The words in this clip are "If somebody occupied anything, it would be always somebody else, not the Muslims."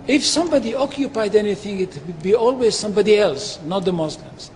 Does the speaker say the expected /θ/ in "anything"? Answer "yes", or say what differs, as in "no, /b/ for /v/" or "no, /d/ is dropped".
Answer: yes